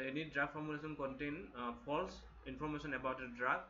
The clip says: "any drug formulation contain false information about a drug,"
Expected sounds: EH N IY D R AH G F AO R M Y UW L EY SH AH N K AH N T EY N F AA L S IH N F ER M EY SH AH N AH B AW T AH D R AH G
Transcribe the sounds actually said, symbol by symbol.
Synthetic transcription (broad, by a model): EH N IY D R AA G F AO R M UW L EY S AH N K AH N T EY N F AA L S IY N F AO M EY S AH N AH B AW T AH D R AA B